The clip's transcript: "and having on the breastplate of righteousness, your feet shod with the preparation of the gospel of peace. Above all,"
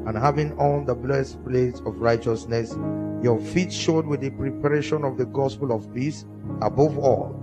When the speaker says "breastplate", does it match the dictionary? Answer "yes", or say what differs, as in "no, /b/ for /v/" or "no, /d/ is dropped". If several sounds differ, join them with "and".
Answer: no, /l/ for /ɹ/